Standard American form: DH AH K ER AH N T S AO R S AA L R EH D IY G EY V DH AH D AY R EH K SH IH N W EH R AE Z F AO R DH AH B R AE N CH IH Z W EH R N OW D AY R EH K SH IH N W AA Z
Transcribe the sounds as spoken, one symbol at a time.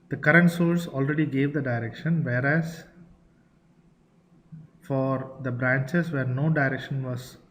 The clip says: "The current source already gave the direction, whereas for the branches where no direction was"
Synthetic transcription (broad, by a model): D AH K ER AH N T S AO L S AA L R EH D IY G EY V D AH D AY R EH K SH IH N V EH R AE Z F AO R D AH B R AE N CH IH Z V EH R N OW D AY R EH K SH IH N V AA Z